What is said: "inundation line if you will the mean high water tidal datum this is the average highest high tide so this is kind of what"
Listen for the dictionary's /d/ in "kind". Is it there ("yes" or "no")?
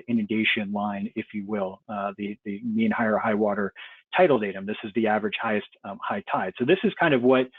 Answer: yes